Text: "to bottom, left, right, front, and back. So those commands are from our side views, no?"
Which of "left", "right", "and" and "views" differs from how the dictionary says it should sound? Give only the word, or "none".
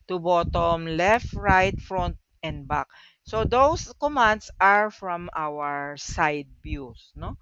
views